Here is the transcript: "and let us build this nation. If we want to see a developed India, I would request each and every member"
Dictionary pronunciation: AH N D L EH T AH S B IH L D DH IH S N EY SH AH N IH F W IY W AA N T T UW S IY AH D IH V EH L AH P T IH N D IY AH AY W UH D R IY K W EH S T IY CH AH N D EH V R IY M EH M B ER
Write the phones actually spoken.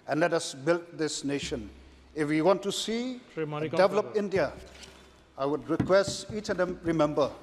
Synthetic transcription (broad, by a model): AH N L EH T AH S B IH L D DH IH S N EY SH AH N IH F W IY W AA N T T UW S IY AH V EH L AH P IH N D IY AH AY W UH D R IY K W EH S T IY CH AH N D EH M R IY M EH M B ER